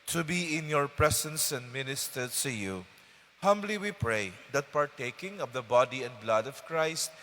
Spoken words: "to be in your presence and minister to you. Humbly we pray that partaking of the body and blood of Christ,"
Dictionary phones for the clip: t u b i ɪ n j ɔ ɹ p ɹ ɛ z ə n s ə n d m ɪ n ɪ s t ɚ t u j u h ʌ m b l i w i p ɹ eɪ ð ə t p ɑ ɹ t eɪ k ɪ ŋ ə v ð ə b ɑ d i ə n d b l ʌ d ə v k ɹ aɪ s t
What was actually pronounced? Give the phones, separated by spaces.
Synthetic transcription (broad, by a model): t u b i ɪ n j ɔ ɹ p ɹ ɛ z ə n s ə n d m ɪ n ɪ s t ɚ t u j u h ʌ m b l i w i p ɹ eɪ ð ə t p ɑ ɹ t eɪ k ɪ ŋ ə v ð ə b ɑ d i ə n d b l ʌ d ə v k ɹ aɪ s t